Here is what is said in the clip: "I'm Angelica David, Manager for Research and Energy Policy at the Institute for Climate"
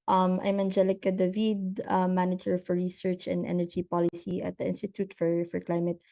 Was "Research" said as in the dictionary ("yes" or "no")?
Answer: yes